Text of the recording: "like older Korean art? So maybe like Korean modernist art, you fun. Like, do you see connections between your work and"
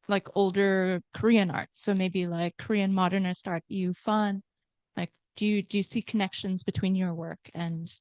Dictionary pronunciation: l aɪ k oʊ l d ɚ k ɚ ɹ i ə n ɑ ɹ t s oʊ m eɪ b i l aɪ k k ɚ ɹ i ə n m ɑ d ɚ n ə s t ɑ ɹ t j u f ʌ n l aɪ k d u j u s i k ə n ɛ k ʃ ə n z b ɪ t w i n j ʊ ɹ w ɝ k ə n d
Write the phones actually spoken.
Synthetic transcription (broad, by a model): l aɪ k oʊ l d ɚ k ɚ ɹ i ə n ɑ ɹ t s oʊ m eɪ b i l aɪ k k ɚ ɹ i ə n m ɑ d ɚ n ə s t ɑ ɹ t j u f ʌ n l aɪ k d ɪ j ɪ s i k ə n ɛ k ʃ ə n z b ɪ t w i n j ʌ ɹ w ɝ k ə n